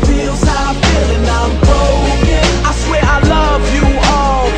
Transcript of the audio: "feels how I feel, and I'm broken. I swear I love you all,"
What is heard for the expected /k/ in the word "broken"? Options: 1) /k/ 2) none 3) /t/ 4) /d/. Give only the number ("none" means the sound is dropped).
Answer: 2